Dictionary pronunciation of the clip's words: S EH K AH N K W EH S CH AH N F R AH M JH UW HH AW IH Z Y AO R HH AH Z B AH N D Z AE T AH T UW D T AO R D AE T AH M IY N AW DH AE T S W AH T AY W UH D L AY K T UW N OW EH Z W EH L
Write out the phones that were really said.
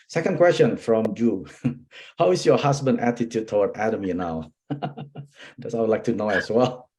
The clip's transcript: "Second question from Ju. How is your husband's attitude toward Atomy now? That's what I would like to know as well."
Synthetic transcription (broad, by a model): S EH K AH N K W EH S CH AH N F R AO M JH UW HH AW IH S Y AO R HH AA S B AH N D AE T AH T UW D T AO W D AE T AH M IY N AW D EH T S AY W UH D L AY K T UW N OW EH S W EH L